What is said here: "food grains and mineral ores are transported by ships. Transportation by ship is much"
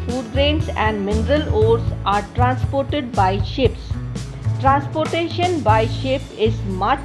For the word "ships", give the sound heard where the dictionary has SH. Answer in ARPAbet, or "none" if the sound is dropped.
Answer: SH